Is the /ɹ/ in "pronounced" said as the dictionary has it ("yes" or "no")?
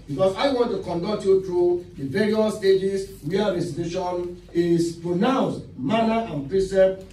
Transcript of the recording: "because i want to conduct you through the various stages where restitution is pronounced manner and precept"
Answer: yes